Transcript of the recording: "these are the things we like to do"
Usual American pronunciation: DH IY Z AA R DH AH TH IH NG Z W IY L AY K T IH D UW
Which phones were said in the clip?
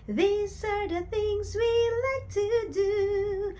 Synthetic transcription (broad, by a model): DH IY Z AA R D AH TH IH NG Z W IY L AY K T IH D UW